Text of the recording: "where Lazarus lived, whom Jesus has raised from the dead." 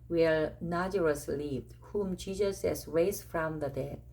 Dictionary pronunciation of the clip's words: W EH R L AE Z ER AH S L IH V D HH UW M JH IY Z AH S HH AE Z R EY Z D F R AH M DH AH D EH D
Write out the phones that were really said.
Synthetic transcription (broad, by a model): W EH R N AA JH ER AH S L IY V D HH UW M JH IY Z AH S HH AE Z R EY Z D F R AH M DH AH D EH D